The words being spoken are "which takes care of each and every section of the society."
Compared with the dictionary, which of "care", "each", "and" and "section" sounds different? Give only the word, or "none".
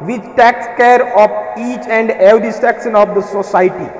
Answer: section